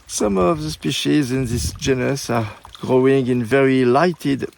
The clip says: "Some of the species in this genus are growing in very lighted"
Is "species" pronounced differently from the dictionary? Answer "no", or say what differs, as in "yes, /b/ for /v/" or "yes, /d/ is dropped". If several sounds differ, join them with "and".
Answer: no